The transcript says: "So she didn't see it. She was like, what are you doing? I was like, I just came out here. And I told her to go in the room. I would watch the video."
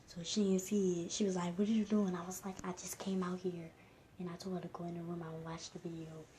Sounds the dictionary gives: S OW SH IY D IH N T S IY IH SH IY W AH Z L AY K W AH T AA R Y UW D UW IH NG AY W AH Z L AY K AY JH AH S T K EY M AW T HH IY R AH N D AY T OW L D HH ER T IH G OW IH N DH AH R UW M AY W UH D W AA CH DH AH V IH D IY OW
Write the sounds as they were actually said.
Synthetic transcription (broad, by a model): S OW SH IY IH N S IY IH SH IY W AH Z L AY K W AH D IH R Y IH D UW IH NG AY W AH Z L AY K AY JH AH S K EY M AW T HH IY R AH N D AY T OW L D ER T IH G OW IH N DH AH R UW M AY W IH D W AA CH DH AH V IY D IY OW